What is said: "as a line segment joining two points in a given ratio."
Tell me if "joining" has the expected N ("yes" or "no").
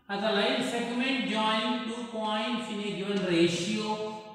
no